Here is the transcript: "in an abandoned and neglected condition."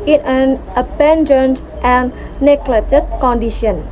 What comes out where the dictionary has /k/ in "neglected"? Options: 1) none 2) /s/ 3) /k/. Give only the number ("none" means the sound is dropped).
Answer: 1